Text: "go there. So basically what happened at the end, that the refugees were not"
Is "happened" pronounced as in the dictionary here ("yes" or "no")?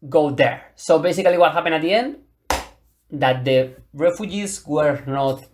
no